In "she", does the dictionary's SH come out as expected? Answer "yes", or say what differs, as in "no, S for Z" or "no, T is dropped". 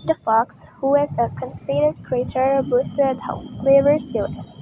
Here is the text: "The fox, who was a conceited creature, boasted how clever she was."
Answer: no, S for SH